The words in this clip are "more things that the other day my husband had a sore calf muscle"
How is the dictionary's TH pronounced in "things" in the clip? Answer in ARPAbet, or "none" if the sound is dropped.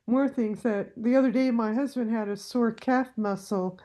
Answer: TH